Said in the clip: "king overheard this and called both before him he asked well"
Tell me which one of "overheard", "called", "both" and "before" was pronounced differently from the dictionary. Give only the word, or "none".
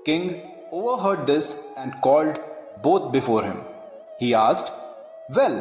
both